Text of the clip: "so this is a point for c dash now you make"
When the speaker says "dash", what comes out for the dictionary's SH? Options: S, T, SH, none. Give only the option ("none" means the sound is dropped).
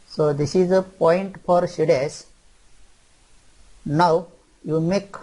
S